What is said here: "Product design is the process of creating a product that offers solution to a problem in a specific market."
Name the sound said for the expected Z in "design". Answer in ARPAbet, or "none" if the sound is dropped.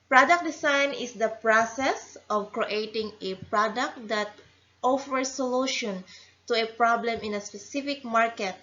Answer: S